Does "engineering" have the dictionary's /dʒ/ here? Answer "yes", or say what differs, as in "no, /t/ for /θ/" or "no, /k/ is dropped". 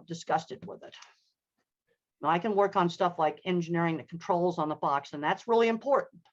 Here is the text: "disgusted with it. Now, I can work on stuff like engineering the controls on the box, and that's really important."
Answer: yes